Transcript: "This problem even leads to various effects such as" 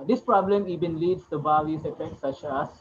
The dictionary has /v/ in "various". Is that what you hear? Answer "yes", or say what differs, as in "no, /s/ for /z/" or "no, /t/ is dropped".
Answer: no, /b/ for /v/